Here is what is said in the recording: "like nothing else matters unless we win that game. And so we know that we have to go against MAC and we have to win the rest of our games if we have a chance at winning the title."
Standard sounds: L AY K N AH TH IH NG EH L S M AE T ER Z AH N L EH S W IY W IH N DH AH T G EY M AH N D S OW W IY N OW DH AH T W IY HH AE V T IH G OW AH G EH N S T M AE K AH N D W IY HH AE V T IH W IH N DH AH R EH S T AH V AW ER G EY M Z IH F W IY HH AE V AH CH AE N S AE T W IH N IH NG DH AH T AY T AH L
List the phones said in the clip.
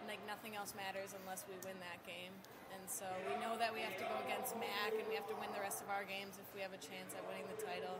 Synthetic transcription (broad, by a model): L AY K N AH TH IH NG EH L S M AE T ER Z AH N L EH S W IY W IH N DH AH T G EY M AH N S OW W IY N OW DH AH T W IY HH AE F T IH G OW AH G EH N S T M AE K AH N W IY HH AE F T IH W IH N DH AH R EH S T AH V AW ER G EY M Z IH F W IY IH V AH CH AE N S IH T W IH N IH NG DH AH T AY T L